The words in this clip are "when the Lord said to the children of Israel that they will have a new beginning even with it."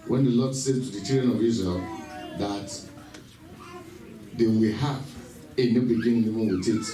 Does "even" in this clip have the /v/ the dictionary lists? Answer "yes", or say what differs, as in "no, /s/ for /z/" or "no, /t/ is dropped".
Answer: no, /w/ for /v/